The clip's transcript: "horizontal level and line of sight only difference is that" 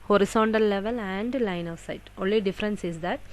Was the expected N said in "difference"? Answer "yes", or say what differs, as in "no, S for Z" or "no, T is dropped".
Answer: yes